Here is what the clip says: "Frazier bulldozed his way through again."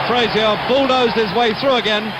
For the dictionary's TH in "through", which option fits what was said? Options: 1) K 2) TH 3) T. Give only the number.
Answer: 2